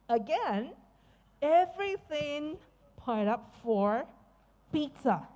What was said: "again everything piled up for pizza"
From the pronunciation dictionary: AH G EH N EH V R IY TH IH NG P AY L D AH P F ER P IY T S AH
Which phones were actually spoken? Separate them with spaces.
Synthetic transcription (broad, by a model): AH G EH N EH V R IY TH IH NG P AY D AH P F ER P IY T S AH